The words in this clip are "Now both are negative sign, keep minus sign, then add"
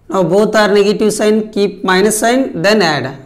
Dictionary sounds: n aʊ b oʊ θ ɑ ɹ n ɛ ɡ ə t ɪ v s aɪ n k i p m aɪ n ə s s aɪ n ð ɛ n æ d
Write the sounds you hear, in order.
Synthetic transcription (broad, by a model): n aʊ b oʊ t ɑ ɹ n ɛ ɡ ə t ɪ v s aɪ n k i p m aɪ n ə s s aɪ n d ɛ n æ d